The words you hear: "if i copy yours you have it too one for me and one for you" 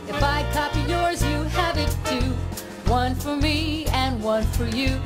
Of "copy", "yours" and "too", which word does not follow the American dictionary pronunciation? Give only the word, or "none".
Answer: none